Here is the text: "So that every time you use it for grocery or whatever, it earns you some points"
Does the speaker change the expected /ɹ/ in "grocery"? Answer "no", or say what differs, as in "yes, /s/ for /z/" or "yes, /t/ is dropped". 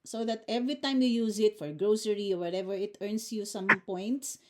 no